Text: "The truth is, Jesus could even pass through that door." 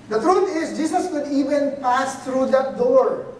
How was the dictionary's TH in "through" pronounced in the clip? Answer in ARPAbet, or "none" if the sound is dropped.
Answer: T